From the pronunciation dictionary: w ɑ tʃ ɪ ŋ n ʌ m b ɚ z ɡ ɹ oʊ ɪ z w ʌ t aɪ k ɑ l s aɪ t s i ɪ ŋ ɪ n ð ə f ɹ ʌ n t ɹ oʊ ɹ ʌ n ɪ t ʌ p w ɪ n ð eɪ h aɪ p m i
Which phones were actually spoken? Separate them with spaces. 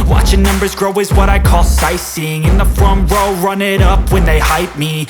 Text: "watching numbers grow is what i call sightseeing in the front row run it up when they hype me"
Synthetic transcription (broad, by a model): w ɑ tʃ ɪ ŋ n ʌ m b ɚ z ɡ ɹ oʊ ɪ z w ʌ t aɪ k ɑ l s aɪ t s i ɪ ŋ ɪ n ð ə f ɹ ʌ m ɹ oʊ ɹ ʌ n ɪ t ʌ p w ɪ n ð eɪ h aɪ p m i